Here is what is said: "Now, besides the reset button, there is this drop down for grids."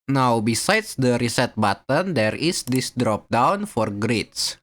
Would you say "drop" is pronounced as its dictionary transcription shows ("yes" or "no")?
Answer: yes